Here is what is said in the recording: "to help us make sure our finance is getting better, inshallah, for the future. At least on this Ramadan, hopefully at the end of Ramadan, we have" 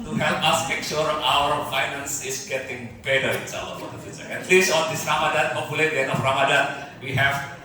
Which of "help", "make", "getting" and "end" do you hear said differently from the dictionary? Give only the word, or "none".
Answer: end